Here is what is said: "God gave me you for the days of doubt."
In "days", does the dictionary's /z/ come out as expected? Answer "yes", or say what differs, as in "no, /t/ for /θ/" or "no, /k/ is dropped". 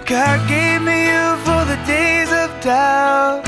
yes